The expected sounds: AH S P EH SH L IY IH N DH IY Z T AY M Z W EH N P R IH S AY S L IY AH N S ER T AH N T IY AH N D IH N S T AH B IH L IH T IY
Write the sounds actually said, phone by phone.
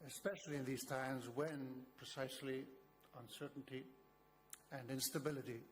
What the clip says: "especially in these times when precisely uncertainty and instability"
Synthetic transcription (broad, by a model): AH S P EH SH L IY IH N DH IY Z T AY M Z W EH N P R IH S AY S L IY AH N S ER T N T IY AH N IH N S T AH B IH L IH T IY